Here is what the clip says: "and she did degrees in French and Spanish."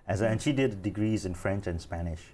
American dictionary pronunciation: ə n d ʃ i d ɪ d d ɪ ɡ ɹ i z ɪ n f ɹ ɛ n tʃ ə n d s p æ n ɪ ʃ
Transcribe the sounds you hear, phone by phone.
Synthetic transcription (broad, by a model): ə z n ʃ i d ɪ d d ɪ ɡ ɹ i z ɪ n f ɹ ɛ n tʃ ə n s p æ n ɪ ʃ